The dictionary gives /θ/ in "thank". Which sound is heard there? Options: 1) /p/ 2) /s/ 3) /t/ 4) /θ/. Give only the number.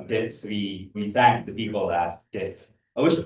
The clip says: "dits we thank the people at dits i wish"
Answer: 4